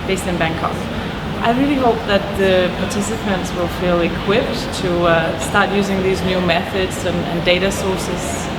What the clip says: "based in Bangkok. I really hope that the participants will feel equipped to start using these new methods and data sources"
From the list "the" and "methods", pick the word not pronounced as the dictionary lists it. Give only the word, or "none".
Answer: none